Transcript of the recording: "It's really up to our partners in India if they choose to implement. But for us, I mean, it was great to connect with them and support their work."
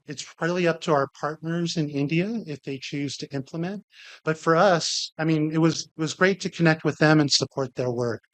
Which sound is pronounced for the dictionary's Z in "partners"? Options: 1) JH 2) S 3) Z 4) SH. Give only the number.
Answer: 3